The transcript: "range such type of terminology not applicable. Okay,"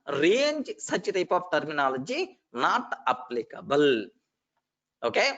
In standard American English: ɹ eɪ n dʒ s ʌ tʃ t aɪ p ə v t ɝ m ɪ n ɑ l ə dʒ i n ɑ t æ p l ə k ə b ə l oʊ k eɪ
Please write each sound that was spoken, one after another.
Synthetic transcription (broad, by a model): ɹ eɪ n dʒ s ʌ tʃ t aɪ p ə p t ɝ m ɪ n ɑ l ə dʒ i n ɑ t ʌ p l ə k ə b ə l oʊ k eɪ